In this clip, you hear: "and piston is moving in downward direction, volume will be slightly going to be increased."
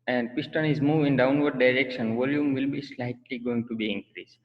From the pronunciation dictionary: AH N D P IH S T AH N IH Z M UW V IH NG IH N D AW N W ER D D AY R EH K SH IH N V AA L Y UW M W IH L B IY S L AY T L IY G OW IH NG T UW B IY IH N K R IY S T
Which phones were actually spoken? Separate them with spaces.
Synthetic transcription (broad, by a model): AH N D P IH S T AH N IH Z M UW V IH IH N D AW N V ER D D AY R EH K SH IH N V AA L Y UW M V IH L B IY S L AY T L IY G OW IH NG T UW B IY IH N K R IY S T